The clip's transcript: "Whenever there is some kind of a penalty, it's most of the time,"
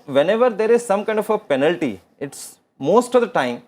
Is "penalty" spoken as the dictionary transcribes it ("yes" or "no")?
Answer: yes